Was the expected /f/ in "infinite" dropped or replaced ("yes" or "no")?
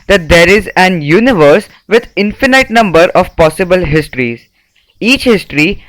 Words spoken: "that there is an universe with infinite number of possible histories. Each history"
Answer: no